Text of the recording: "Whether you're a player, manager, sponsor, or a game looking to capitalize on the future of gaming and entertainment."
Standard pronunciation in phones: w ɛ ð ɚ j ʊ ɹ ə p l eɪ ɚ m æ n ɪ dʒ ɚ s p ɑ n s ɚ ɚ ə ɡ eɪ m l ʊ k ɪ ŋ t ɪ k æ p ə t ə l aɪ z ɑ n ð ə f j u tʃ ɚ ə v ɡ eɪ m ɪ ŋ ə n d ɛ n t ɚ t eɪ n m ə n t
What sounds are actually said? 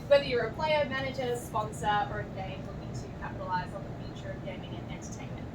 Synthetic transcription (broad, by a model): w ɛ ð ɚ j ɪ ɹ ə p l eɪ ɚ m æ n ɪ dʒ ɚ s p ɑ n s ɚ ɚ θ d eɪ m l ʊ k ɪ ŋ t ɪ k æ p ə t ə l aɪ z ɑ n ð ə f j u tʃ ɚ ə v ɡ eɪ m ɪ ŋ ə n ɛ n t ɚ t eɪ n m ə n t